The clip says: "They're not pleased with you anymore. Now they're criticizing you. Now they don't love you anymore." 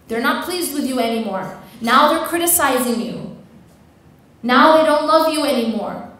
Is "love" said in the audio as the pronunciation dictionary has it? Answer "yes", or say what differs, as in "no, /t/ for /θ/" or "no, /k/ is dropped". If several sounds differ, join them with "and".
yes